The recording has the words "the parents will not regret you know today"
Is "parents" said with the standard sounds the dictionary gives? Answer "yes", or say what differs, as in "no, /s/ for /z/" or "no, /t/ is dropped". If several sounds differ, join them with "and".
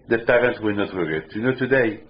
no, /s/ is dropped